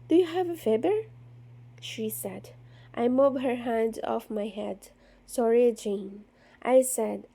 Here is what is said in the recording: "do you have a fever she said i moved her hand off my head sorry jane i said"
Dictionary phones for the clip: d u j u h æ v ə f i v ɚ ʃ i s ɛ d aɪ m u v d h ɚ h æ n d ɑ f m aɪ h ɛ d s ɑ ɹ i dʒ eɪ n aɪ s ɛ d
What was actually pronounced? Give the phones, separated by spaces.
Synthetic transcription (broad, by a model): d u j u h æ v ə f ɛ b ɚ ʃ i s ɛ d aɪ m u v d h ɚ h æ n d ɑ f m aɪ h ɛ d s ɑ ɹ i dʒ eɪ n aɪ s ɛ d